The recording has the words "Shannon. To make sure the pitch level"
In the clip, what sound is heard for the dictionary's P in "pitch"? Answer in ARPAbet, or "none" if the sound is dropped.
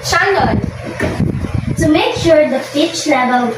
F